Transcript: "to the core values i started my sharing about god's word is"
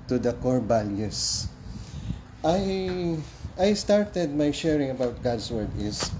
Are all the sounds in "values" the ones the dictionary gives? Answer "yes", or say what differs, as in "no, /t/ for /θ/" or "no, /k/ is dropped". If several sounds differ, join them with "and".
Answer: no, /b/ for /v/ and /s/ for /z/